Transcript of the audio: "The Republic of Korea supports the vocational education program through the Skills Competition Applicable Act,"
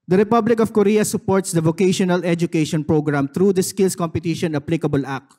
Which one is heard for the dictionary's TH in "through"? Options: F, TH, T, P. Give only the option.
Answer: T